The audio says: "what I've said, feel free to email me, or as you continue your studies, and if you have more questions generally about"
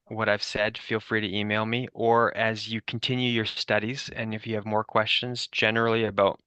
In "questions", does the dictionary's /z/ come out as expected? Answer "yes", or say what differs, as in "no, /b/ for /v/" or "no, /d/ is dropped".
yes